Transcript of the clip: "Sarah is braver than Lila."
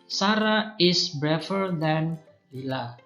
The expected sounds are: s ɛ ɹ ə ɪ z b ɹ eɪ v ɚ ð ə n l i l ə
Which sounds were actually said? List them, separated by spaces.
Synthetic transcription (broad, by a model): s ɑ ɹ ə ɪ s b ɹ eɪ f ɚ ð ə n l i l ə